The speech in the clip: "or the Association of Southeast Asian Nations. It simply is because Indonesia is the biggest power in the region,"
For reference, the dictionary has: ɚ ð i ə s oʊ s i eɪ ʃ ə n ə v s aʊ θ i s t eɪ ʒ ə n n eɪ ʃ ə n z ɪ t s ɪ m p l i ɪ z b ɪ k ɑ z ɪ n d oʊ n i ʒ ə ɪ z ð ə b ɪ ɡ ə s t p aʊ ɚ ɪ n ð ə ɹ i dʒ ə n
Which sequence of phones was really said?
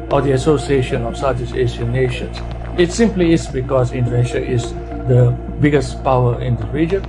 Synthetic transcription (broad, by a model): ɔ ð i ə s oʊ s i eɪ ʃ ə n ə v s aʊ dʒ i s eɪ s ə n n eɪ ʃ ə n s ɪ t s ɪ m p l i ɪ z b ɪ k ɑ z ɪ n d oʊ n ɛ ʃ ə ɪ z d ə b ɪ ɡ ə s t p aʊ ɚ ɪ n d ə ɹ i dʒ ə n